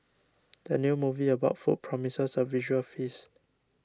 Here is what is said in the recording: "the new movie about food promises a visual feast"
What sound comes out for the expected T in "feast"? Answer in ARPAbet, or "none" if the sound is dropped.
none